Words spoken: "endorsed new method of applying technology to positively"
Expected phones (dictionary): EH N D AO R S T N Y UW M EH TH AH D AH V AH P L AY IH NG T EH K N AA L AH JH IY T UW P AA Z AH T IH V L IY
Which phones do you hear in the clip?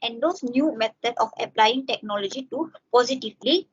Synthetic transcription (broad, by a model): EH N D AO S N Y UW M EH T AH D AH F AH P L AY IH NG T EH K N AA L AH JH IY T UW P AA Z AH T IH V L IY